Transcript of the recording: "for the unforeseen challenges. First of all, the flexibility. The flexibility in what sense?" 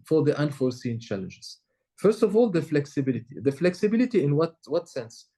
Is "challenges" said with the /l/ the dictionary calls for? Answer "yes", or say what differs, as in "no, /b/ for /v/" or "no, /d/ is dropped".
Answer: yes